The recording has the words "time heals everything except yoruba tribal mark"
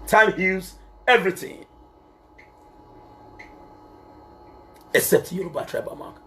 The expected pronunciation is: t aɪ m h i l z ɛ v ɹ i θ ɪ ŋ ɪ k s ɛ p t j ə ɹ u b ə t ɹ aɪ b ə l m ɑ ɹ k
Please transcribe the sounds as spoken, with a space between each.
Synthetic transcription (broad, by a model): t aɪ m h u z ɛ v ɹ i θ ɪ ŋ ɪ k s ɛ p t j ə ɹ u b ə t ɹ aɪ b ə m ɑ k